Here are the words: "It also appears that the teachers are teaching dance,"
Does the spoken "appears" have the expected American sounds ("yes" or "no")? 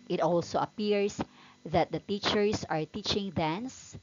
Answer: no